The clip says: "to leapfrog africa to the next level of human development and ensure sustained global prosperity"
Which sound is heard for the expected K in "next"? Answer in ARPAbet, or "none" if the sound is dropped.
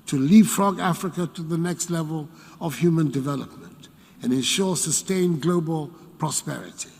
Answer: K